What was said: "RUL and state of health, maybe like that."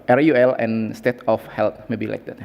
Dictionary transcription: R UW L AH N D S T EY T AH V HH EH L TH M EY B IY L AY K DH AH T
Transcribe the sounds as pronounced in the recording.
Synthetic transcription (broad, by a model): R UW L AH N S T EY T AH F HH EH L T M EY B IY L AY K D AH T